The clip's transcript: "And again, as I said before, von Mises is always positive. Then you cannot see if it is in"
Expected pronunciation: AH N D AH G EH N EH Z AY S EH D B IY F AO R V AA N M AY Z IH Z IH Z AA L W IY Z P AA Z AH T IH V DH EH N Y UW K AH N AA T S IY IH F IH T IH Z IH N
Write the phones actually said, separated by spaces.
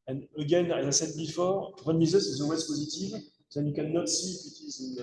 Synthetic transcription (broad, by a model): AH N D AH G EH N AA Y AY S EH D B IY F AO R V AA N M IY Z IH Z IH Z AA L W IY Z P AA Z AH T IH V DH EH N Y UW K AH N AA T S IY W IH T IH Z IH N